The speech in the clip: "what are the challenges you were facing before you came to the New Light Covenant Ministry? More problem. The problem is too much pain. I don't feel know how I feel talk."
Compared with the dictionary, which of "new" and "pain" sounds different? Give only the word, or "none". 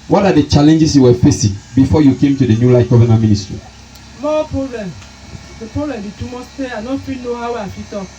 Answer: pain